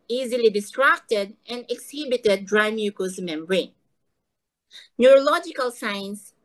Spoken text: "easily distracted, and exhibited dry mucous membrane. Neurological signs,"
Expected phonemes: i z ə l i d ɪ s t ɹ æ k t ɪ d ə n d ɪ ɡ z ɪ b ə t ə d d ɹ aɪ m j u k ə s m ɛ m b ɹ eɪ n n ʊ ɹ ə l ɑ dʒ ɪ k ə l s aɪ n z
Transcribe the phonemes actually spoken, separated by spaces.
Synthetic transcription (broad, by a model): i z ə l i d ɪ s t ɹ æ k t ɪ d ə n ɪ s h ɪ b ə t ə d d ɹ aɪ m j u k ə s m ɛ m ɹ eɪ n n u ɹ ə l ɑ dʒ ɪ k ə l s aɪ n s